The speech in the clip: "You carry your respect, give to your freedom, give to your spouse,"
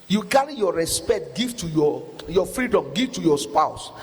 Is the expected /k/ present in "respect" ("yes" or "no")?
yes